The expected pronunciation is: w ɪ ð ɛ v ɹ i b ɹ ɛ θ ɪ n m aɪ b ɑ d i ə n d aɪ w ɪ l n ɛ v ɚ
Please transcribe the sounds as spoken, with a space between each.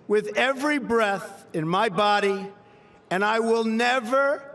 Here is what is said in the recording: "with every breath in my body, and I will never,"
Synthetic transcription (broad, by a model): w ɪ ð ɛ v ɹ i b ɹ ɛ θ ɪ n m aɪ b ɑ d i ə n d aɪ w ɪ l n ɛ v ɚ